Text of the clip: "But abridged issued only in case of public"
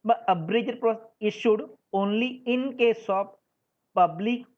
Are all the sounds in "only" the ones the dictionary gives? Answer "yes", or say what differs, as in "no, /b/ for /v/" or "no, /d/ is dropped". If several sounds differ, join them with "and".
yes